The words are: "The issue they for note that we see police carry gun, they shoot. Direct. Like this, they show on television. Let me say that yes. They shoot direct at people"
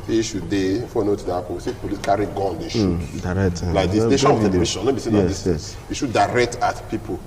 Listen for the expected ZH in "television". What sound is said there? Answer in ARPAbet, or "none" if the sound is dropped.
SH